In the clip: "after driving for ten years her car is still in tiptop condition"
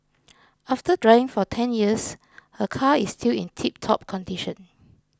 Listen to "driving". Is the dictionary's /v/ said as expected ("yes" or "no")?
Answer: no